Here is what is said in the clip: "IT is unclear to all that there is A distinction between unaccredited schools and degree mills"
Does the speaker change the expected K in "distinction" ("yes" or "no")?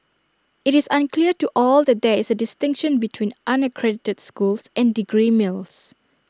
no